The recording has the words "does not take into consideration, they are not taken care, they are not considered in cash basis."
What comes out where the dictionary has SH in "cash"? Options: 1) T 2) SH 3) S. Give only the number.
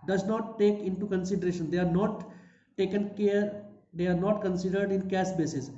3